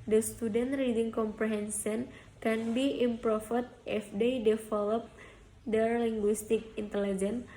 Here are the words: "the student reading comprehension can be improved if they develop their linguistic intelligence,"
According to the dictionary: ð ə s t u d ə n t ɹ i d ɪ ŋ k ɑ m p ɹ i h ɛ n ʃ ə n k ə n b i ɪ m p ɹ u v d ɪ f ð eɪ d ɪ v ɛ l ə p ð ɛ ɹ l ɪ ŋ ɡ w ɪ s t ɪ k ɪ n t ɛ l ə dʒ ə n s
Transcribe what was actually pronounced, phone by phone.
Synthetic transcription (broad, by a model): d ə s t u d ə n t ɹ i d ɪ ŋ k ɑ m p ɹ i h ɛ n s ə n k ə n b i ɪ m p ɹ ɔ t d ɪ f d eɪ d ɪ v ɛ l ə p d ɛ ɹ l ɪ ŋ ɡ w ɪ s t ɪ k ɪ n t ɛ l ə dʒ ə n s